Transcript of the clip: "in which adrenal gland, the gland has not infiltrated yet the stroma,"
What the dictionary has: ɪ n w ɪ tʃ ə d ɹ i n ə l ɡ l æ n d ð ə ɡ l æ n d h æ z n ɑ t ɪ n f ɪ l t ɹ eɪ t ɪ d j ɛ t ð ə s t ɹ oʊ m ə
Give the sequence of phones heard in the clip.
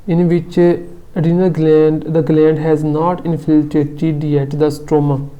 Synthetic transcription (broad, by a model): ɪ n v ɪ tʃ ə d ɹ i n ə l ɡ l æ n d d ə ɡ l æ n d h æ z n ɑ t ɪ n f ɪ l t eɪ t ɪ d j ɛ t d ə s t ɹ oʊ m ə